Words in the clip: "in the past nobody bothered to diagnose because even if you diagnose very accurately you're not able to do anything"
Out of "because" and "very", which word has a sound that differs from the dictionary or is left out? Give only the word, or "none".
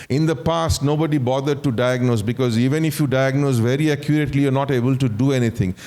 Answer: none